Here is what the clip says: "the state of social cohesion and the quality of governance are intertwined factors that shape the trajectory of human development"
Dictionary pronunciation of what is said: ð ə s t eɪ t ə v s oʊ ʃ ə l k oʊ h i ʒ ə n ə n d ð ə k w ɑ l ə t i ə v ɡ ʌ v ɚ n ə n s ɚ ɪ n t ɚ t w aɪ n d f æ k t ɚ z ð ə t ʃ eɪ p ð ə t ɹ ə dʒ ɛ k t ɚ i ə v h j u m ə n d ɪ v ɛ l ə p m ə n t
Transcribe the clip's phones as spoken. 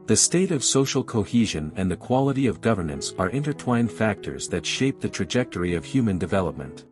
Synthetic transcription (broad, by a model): ð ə s t eɪ t ə v s oʊ ʃ l k oʊ h i ʒ ə n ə n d ð ə k w ɑ l ə t i ə v ɡ ʌ v ɚ n ə n s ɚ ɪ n t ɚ t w aɪ n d f æ k t ɚ z ð ə t ʃ eɪ p ð ə t ɹ ə dʒ ɛ k t ɚ i ə v h j u m ə n d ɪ v ɛ l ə p m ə n t